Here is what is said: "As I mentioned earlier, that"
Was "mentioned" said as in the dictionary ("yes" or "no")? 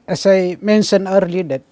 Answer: no